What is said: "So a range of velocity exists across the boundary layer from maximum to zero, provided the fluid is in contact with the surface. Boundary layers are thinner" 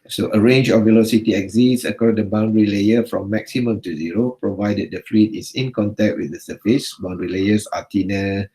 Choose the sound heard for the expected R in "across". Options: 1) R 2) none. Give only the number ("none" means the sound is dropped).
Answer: 2